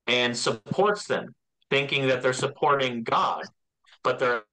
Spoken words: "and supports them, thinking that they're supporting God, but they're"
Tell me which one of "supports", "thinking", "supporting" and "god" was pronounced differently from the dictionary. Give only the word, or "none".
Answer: none